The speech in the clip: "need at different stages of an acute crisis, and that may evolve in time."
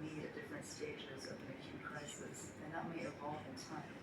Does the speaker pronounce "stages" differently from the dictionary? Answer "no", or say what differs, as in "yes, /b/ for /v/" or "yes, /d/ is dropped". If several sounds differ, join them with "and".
no